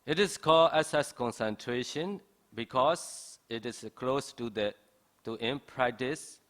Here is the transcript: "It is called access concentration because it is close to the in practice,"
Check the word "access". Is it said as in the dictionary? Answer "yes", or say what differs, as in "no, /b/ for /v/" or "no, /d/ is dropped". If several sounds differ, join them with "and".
no, /k/ is dropped